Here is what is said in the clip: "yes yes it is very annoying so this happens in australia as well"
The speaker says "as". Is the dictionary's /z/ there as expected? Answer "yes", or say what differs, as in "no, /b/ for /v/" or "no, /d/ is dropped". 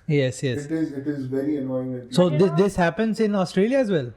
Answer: yes